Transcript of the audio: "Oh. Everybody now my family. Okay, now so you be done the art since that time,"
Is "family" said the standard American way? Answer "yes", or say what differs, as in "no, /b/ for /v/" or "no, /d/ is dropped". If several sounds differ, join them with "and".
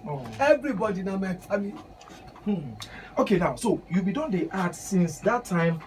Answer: no, /l/ is dropped